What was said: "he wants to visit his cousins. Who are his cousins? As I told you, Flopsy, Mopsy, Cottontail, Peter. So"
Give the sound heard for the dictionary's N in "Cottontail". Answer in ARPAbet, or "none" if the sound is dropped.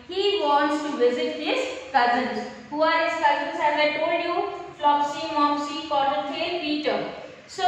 none